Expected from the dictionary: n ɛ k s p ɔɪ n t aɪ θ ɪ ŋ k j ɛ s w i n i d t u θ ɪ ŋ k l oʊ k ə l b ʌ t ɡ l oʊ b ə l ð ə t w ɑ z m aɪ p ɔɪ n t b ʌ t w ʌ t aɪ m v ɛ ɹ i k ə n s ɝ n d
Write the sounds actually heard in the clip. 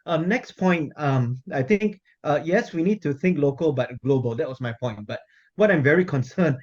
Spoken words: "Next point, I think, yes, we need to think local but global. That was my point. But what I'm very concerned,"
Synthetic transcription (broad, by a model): n ɛ k s p ɔɪ n t aɪ t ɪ ŋ k j ɛ s w i n i d t u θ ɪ ŋ k l oʊ k ə l b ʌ t ɡ l oʊ b ə l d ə t w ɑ s m aɪ p ɔɪ n t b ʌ t w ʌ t aɪ m v ɛ ɹ i k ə n s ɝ n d